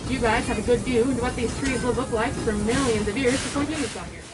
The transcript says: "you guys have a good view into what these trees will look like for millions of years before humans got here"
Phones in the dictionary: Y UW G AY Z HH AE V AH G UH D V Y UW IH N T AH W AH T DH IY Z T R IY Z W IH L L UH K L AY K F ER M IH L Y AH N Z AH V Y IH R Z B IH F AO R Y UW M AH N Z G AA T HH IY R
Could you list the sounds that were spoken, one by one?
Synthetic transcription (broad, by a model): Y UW G AY Z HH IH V AH G UH D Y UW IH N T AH W AH T DH IY Z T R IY Z W IH L L UH K L AY K F ER M IH L Y AH N Z AH V Y IH R Z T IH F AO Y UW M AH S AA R